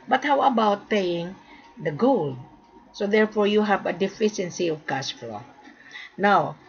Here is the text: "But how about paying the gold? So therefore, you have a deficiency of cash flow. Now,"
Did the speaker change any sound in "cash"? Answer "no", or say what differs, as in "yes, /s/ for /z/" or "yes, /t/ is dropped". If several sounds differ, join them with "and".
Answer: yes, /s/ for /ʃ/